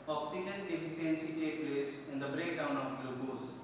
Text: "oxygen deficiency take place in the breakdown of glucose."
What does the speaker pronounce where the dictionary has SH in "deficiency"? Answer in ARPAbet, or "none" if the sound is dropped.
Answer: S